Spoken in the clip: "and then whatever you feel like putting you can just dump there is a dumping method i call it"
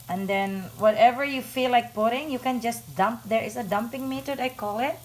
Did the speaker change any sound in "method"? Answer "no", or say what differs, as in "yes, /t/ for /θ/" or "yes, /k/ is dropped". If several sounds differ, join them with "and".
yes, /t/ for /θ/